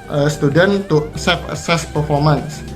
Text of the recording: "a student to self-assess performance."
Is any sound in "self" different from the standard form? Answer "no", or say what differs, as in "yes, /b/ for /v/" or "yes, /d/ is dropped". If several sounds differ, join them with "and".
yes, /l/ is dropped